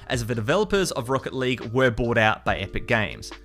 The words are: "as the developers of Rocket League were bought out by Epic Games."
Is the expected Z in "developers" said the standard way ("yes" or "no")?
yes